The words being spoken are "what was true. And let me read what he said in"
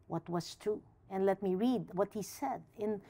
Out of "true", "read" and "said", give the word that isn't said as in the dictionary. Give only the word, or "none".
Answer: true